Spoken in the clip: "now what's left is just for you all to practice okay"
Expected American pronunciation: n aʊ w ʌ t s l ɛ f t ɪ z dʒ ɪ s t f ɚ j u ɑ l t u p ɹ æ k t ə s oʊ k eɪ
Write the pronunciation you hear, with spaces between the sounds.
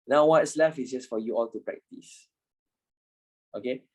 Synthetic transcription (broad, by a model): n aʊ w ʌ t s l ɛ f ɪ s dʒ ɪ s f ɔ j u ɑ l t u p ɹ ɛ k t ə s oʊ k eɪ